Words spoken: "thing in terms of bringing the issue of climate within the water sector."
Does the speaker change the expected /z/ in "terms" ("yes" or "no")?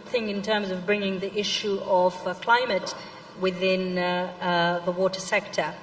no